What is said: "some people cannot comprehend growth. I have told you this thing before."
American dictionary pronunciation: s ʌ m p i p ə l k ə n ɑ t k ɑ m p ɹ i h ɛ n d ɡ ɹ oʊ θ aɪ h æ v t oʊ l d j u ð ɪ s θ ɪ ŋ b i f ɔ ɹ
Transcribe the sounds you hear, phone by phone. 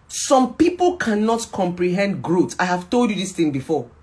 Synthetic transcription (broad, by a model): s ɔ m p i p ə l k ə n ɑ t k ɑ m p ɹ i h ɛ n d ɡ ɹ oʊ t aɪ h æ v t oʊ l d j u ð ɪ s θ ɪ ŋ b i f ɔ